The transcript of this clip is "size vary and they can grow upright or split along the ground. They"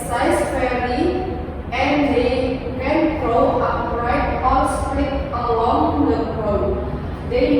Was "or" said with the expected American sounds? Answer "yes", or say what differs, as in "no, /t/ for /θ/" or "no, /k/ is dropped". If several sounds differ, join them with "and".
no, /l/ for /ɹ/